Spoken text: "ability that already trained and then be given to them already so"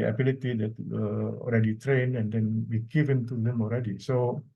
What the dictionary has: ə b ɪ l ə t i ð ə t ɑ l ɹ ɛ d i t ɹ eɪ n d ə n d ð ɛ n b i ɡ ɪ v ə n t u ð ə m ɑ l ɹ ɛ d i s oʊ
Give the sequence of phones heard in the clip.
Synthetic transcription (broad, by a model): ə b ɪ l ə t i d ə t ɑ l ɹ ɛ d i t ɹ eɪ n ə n d ɛ n b i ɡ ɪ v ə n t u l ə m ɑ l ɹ ɛ d i s oʊ